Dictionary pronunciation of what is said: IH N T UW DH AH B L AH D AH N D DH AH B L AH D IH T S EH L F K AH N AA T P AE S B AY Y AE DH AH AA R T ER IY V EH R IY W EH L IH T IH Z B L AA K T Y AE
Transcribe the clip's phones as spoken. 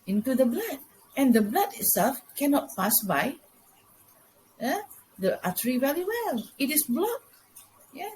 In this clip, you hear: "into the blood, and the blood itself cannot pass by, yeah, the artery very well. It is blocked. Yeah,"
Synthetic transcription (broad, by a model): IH N T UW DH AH B L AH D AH N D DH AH B L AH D IH T S EH L F K AH N AA T P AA S B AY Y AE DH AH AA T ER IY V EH L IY W EH L IH T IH S B L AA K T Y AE